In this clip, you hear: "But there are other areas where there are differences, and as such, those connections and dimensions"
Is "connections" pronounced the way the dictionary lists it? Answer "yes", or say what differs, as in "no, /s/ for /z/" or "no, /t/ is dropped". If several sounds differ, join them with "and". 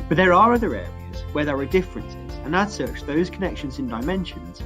yes